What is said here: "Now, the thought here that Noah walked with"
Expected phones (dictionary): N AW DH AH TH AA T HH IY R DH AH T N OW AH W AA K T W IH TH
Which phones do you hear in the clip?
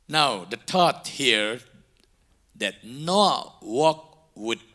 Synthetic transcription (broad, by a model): N AW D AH T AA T HH IY R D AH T N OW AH W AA K W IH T